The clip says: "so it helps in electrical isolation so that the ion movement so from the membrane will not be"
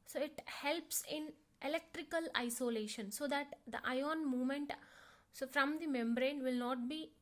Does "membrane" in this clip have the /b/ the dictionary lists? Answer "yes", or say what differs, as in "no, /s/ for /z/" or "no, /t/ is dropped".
yes